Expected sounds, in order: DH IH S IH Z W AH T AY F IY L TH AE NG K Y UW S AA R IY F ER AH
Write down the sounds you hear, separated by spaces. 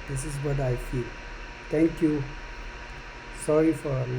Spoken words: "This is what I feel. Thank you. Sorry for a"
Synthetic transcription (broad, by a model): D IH S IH S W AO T AY F IY L T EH NG K Y UW S AA R IY F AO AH